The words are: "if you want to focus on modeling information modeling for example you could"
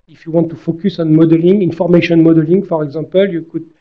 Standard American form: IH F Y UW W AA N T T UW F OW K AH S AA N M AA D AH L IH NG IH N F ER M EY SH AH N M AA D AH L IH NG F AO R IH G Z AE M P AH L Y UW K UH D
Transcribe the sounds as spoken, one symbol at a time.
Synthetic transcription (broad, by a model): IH F Y UW W AA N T T UW F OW K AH S AA N M AA D AH L IH NG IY N F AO M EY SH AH N M AA D AH L IH NG F AO R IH G Z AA P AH L Y UW K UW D